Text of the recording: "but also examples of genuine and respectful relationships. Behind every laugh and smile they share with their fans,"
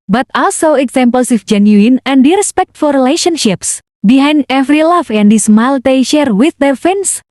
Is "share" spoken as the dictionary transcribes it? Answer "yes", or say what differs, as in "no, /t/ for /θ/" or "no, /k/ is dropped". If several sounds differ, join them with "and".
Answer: yes